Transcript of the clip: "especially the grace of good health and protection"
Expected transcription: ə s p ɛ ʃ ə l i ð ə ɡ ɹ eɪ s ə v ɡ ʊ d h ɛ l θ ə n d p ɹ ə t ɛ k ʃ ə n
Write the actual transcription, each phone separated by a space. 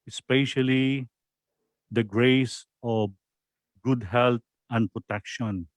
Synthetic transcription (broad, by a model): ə s p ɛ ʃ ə l i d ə ɡ ɹ eɪ s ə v ɡ ʊ d h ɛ l t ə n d p ɹ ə t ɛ k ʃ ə n